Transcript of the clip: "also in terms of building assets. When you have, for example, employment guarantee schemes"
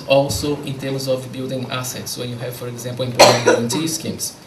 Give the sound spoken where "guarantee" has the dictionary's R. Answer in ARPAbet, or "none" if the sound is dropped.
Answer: none